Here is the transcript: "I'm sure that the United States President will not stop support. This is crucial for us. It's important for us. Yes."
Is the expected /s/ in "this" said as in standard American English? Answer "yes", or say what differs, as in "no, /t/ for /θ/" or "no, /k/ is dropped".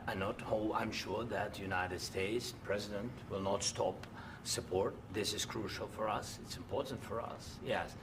yes